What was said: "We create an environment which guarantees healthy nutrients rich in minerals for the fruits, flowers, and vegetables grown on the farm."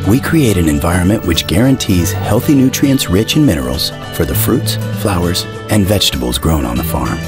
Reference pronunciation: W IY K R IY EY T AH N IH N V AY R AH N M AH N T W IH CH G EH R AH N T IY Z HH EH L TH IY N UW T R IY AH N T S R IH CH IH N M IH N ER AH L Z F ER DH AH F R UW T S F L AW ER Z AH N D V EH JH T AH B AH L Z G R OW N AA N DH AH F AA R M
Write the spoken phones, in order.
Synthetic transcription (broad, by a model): W IY K R IY EY T AH N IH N V AY R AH N M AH N T W IH CH G EH R AH N T IY Z HH EH L TH IY N UW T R IY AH N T S R IH CH IH N M IH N ER L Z F ER DH AH F R UW T S F L AW ER Z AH N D V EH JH T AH B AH L Z G R OW N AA N DH AH F AA R M